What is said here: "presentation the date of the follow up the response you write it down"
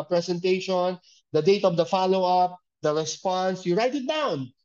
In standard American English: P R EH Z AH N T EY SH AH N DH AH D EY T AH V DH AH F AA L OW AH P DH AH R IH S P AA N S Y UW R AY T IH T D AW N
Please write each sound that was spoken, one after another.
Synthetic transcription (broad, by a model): P R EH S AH N T EY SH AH N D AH D EY T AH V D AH F AA L OW AH P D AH R IH S P AA N S Y UW R AY T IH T D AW N